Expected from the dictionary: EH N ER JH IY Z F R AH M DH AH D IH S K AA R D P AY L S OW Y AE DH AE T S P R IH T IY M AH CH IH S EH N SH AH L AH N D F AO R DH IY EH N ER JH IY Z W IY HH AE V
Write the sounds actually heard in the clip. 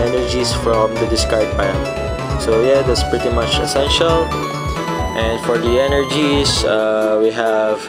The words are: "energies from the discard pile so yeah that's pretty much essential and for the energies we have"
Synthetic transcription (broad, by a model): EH N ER JH IY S F R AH M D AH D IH S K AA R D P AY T S OW Y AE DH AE T S P R IH T IY M AH CH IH S EH N SH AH L AH N D F AO R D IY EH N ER JH IY S W IY HH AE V